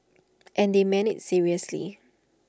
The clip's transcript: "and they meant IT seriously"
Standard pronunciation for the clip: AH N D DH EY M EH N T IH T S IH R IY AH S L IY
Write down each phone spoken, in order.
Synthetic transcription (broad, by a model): AH N D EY M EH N IH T S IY R IY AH S L IY